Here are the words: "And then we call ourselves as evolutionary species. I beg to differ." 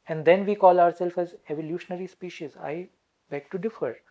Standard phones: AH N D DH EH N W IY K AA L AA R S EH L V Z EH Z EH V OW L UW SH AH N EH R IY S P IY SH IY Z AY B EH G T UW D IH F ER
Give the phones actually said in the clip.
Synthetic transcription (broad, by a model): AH N D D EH N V IY K AA L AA R S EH L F EH Z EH V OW L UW SH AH N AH R IY S P IY SH IY Z AY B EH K T UW D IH F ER